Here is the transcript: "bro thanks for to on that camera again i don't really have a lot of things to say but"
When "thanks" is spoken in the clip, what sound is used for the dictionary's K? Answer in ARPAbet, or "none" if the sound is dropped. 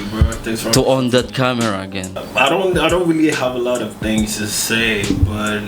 none